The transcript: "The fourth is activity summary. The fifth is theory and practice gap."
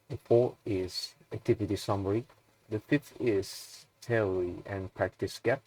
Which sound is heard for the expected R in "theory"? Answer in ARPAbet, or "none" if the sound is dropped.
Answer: L